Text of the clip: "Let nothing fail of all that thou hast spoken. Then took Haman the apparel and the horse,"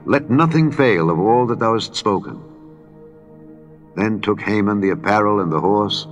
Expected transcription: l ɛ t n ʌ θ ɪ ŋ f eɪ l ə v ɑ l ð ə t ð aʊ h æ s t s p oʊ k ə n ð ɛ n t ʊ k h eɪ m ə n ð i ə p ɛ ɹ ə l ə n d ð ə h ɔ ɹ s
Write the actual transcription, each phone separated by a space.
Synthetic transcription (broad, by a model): l ɛ t n ʌ θ ɪ ŋ f eɪ l ə v ɑ l ð ə t ð aʊ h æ s t s p oʊ k ə n ð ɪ n t ʊ k h eɪ m ə n ð i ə p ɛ ɹ l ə n ð ə h ɔ ɹ s